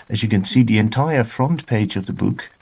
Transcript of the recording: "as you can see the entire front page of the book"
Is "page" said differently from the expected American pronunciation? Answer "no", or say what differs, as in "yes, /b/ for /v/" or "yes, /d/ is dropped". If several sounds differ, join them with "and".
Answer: no